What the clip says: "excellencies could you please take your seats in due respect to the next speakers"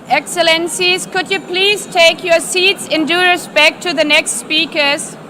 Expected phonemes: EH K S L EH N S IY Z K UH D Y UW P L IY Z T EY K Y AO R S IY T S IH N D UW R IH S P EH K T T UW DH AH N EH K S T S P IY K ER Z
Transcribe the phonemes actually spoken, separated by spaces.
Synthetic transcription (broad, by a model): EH K S L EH N S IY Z K UH D Y UW P L IY Z T EY K Y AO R S IY T S IH N D UW R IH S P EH K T T UW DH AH N EH K S T S P IY K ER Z